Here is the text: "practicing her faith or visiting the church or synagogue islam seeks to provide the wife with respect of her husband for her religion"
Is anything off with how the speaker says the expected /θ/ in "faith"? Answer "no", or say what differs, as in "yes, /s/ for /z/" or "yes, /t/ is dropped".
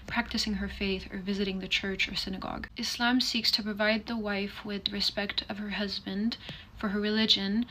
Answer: no